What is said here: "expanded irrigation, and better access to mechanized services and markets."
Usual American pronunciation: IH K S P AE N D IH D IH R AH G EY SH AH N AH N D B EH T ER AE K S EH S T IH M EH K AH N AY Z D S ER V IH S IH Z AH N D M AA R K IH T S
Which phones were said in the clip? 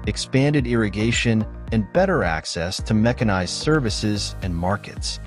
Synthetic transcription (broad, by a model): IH K S P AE N D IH D IH R AH G EY SH AH N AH N B EH T ER AE K S EH S T IH M EH K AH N AY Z S ER V IH S IH Z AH N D M AA R K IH T S